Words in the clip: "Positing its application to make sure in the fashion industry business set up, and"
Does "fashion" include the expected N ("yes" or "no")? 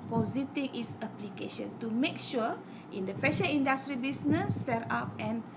no